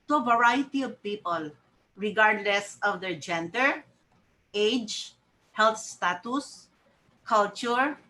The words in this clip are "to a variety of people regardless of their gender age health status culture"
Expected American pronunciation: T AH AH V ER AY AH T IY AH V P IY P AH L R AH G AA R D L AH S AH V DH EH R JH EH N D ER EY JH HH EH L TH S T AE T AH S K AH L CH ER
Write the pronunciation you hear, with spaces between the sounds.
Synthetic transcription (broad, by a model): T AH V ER AY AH T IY AH V P IY P AH L R AH G AA R D L AH S AH V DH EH R JH EH N D ER EY JH HH EH L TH S T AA T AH S K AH L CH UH